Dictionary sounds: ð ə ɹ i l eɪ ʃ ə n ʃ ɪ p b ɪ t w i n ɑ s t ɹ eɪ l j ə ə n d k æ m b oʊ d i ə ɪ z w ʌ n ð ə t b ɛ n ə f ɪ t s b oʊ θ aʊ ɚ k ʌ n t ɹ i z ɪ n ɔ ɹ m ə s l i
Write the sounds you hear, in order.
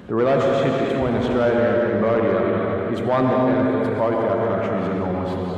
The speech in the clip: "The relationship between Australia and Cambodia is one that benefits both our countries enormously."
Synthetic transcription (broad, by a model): ð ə ɹ i l eɪ ʃ ə n ʃ ɪ p b ɪ t w i n ɑ s t ɹ eɪ l j ə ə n k æ m b oʊ d i ə ɪ z w ʌ n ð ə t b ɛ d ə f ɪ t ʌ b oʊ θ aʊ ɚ k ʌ n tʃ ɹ i z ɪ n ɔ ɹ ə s